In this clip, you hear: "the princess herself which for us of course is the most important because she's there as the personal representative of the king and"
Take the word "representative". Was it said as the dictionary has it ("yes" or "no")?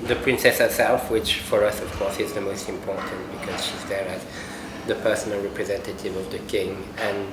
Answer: yes